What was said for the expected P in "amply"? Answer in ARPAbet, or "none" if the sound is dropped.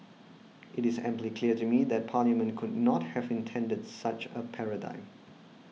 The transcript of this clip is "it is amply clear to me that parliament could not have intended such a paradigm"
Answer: P